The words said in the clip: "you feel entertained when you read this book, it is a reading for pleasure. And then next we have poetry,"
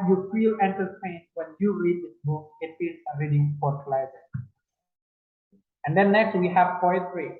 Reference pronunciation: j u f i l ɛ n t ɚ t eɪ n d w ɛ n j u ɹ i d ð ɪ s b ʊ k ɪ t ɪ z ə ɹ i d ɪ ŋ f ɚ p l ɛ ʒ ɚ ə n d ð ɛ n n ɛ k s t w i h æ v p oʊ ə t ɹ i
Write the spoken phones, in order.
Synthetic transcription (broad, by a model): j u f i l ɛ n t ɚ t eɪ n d w ɛ n j u ɹ i d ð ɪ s b ʊ k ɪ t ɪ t ə ɹ i d ɪ ŋ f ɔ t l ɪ z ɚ ə n d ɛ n n ɛ k s t w i h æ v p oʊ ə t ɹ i